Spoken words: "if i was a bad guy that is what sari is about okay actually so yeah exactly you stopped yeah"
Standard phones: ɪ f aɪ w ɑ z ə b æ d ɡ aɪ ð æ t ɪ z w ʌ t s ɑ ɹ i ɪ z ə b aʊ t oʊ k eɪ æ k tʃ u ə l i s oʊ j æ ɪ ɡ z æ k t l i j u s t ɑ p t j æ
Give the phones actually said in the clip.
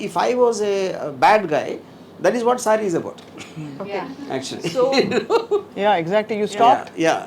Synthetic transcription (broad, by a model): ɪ f aɪ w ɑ z ə b æ d ɡ aɪ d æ t ɪ z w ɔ t s ɑ ɹ i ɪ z ə b aʊ t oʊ eɪ æ k tʃ u ə l i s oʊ j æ ɪ ɡ z æ k t l i j u s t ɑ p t j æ